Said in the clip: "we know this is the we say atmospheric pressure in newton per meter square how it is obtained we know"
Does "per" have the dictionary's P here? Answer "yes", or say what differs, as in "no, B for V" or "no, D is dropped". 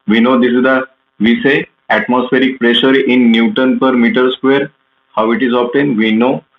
yes